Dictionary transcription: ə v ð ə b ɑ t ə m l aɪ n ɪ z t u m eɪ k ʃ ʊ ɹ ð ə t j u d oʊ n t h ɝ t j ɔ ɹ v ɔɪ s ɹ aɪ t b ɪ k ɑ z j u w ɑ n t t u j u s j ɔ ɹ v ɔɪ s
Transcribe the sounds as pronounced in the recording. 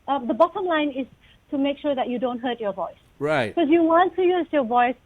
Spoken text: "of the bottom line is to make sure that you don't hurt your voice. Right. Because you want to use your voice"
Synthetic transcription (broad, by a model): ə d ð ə b ɑ t ə m l aɪ n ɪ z t u m eɪ k ʃ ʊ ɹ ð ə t j u d oʊ n t h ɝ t j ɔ v ɔɪ s ɹ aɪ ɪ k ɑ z j u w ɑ n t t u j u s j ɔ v ɔɪ s